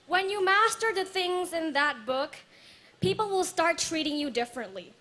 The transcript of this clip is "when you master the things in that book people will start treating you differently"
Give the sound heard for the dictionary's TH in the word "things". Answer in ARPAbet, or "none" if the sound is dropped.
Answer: TH